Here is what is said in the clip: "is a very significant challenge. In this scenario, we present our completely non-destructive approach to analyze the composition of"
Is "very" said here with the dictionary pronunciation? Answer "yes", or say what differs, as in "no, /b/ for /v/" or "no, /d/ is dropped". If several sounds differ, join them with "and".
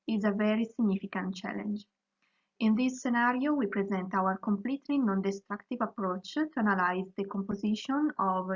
yes